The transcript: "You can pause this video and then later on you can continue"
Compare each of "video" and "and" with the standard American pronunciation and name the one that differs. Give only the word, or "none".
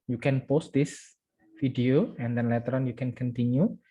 video